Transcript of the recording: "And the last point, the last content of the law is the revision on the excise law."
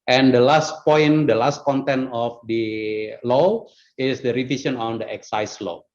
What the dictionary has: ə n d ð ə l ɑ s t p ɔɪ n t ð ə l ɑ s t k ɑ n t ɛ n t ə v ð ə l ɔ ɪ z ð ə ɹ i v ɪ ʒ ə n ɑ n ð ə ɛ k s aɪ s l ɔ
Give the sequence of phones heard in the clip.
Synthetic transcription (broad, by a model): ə n d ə l ɑ s t p ɔɪ n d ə l ɑ s t k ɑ n t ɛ n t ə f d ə l ɔ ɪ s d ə ɹ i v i s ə n ɑ n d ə ɛ k s aɪ s l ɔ